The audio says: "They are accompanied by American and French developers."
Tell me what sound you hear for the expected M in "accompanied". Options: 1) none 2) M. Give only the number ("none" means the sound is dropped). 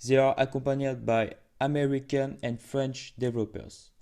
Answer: 1